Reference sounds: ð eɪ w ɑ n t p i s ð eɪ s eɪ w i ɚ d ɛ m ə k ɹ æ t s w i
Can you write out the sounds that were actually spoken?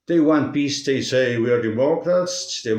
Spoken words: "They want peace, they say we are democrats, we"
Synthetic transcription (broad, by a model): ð eɪ w ɑ n t b i s ð eɪ s eɪ w i ɚ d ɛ m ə k ɹ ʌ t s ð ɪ